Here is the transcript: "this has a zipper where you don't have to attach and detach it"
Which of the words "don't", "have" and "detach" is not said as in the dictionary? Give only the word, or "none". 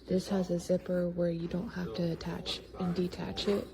have